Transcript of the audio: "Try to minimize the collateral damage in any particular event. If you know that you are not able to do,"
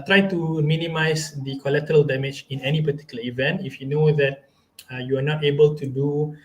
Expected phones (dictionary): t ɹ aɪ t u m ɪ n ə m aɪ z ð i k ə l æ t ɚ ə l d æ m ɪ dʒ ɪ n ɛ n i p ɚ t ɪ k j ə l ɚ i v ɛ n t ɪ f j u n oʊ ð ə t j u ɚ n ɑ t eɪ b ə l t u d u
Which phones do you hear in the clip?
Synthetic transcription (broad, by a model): t ɹ aɪ t u m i n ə m aɪ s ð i k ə l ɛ t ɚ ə l d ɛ m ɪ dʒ ɪ n ɛ n i p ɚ t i k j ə l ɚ i v ɛ n t ɪ f j u n oʊ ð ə t j u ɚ n ɑ t eɪ b ə l t u d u